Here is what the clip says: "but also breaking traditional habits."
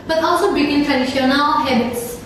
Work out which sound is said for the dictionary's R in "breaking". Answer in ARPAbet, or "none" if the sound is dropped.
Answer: none